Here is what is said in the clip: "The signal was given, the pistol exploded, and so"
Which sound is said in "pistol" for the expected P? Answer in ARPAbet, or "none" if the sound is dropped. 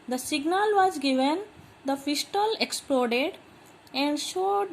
F